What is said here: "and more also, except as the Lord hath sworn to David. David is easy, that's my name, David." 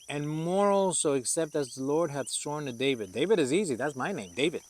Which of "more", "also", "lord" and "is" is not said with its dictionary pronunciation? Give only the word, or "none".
none